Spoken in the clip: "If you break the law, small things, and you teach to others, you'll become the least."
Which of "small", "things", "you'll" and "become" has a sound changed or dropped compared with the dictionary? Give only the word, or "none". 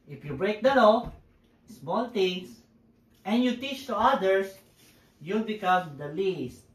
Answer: things